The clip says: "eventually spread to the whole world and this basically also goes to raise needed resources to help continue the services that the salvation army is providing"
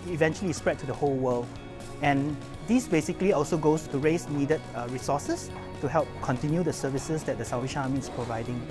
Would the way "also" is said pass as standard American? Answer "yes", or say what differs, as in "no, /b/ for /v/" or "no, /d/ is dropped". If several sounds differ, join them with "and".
yes